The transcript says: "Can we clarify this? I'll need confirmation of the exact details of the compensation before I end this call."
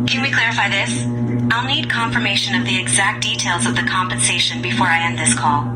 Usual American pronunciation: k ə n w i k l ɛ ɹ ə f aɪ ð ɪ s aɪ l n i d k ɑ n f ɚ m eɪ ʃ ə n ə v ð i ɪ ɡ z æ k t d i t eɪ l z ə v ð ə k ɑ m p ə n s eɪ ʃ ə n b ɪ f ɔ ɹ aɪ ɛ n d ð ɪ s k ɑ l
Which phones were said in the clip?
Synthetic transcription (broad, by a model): k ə n w i k l ɛ ɹ ə f aɪ ð ɪ s aɪ l n i d k ɑ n f ɚ m eɪ ʃ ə n ə v ð i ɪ ɡ z æ k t d i t eɪ l z ə v ð ə k ɑ m p ə n s eɪ ʃ ə n b ɪ f ɔ ɹ aɪ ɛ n ð ɪ s k ɑ l